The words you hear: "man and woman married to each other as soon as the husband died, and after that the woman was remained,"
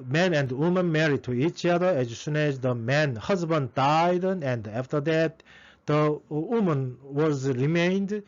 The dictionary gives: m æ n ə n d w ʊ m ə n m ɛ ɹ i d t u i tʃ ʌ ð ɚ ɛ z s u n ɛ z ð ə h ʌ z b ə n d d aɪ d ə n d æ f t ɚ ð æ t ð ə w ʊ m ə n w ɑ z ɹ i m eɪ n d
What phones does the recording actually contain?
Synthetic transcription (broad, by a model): m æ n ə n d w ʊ m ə n m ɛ ɹ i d t u i tʃ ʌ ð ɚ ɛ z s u n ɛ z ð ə h ʌ z b ə n d d aɪ d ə n d æ f t ɚ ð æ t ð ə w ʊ m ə n w ɑ z ɹ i m eɪ n d